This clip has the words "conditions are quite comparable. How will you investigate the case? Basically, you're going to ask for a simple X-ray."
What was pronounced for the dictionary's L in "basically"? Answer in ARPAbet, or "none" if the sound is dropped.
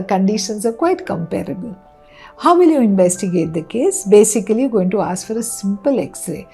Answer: none